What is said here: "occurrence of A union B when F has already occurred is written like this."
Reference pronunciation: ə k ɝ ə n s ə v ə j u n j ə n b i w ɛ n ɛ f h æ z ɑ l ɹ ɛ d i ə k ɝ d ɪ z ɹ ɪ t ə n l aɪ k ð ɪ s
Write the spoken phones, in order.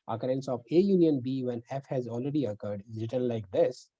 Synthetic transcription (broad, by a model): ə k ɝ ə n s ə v ə j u n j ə n b i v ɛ n ɛ f h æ z ɑ l ɹ ɛ d i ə k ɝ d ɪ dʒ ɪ t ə l l aɪ k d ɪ s